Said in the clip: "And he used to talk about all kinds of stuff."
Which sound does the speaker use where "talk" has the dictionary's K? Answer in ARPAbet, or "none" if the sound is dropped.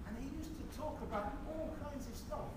K